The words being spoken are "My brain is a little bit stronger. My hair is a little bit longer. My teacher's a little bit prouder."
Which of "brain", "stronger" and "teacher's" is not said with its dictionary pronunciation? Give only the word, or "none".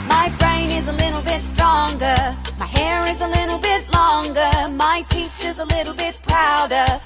none